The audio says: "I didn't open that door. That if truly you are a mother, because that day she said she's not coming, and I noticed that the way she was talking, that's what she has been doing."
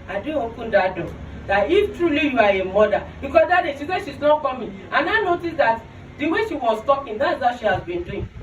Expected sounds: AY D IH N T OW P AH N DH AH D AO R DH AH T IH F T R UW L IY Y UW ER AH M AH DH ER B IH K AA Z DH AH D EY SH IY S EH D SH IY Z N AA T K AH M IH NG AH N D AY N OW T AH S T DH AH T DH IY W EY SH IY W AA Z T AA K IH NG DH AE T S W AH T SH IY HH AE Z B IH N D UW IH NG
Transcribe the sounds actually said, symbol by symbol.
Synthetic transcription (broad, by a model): AY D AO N OW P AH N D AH D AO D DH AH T IH F T R UW L IY Y UW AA AH M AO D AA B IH K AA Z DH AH D EY SH IY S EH SH IY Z N AA T K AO M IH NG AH N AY N OW T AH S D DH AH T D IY W EY SH IY W AA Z T AA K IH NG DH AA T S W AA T SH IY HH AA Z B IH N D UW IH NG